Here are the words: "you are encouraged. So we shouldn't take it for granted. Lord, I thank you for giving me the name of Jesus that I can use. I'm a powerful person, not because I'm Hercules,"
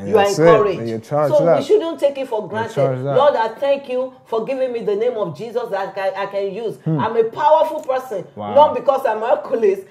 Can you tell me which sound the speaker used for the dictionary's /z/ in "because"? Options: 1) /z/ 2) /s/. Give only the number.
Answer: 2